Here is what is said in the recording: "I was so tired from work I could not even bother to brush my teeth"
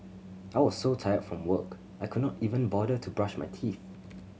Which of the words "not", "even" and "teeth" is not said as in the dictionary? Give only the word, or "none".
none